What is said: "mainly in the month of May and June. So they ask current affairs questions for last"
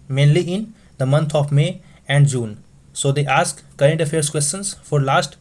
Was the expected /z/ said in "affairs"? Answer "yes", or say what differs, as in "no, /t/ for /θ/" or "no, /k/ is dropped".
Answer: no, /s/ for /z/